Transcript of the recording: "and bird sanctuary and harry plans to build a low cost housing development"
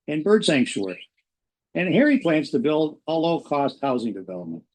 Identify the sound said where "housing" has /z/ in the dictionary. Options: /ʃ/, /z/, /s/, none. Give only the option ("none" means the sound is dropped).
/z/